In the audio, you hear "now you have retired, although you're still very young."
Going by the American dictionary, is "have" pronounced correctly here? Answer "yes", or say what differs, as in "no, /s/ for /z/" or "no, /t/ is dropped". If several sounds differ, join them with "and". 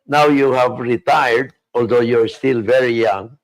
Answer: yes